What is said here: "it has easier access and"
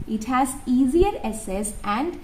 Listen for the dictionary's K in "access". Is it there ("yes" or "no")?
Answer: no